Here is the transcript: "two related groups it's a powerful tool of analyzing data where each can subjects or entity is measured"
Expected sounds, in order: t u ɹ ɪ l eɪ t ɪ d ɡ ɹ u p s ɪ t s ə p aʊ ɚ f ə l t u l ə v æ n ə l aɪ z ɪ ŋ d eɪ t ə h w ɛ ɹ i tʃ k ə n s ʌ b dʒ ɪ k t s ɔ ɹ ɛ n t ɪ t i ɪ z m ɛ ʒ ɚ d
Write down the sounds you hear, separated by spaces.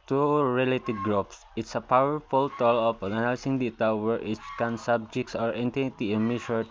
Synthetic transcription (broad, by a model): t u ɹ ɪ l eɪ t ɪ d ɡ ɹ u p s ɪ t s ə p aʊ ɚ f ə l t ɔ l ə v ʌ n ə n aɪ s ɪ ŋ d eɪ t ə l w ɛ ɹ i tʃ k ə n s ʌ b dʒ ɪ k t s ɔ ɹ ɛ n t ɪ t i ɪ m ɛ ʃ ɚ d